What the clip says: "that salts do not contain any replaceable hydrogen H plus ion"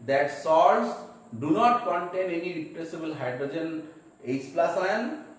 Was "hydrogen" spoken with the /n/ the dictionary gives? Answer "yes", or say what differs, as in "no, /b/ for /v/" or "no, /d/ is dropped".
yes